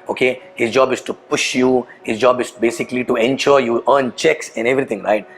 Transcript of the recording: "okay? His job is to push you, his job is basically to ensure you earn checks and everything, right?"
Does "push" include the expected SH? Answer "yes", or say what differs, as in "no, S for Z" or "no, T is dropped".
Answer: yes